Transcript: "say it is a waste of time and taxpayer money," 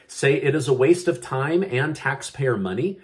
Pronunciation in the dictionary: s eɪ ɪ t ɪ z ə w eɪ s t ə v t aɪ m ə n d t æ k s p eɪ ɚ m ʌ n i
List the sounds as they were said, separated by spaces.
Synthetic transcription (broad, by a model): s eɪ ɪ t ɪ z ə w eɪ s t ə v t aɪ m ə n t æ k s p eɪ ɚ m ʌ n i